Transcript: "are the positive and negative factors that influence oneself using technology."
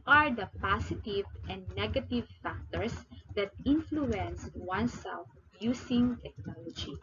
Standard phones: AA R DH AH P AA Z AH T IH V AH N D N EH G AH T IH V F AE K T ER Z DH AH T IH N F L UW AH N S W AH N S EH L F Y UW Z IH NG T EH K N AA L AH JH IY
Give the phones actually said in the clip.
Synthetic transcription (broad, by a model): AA R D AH P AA S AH T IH V AH N D N EH G AH T IH V F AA K T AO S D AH T IH N F L UW AH N S W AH N S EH L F Y UW S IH NG T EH K N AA L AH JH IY